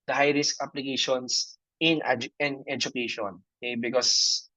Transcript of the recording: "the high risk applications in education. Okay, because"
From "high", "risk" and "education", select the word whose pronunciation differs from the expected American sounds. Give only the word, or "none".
none